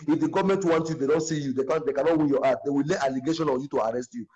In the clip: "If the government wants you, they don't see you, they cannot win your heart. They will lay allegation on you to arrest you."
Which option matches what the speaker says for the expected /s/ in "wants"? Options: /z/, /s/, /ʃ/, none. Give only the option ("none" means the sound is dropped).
none